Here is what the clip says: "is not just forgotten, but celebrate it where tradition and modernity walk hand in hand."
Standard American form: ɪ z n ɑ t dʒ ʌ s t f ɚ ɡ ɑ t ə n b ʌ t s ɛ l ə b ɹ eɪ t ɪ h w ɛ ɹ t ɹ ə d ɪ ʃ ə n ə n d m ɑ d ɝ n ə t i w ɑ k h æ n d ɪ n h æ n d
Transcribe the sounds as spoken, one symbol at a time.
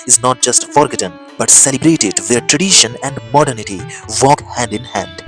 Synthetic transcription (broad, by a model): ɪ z n ɑ t dʒ ʌ s t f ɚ ɡ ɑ t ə n b ʌ t s ɛ l ə b ɹ eɪ t ɪ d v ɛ ɹ t ɹ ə d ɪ ʃ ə n ə n d m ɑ d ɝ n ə t i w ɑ k h æ n d ɪ n h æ n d